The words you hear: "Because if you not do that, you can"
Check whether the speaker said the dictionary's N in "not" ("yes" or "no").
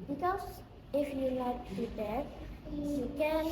no